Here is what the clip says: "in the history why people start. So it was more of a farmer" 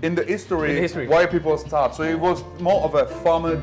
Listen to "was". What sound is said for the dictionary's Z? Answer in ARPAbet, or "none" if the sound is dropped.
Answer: Z